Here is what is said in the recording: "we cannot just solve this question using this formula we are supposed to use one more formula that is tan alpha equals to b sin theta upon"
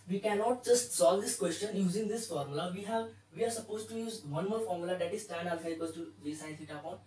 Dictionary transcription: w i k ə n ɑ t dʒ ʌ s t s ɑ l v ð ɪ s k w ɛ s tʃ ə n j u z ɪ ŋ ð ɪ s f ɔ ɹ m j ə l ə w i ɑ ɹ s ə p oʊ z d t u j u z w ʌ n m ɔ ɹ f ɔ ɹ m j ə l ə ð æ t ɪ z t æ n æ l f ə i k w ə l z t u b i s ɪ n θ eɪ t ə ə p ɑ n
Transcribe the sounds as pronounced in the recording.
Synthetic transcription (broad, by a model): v i k ə n ɑ t dʒ ʌ s t s ɑ l v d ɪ s k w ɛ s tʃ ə n j u z ɪ ŋ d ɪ s f ɔ ɹ m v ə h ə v i ɑ ɹ s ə p oʊ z t u j u z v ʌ n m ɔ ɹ f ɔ ɹ m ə l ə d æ t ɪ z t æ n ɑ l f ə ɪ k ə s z t u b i s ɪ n s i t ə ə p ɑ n